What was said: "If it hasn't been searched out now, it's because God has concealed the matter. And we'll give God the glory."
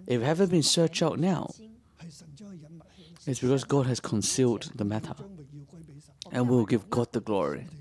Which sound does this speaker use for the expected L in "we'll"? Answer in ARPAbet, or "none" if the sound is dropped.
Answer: W